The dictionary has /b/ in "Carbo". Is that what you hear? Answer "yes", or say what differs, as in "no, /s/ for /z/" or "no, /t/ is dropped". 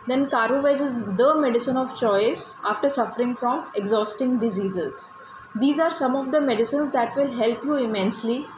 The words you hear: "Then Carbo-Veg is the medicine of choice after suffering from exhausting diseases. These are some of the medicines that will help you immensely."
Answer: no, /b/ is dropped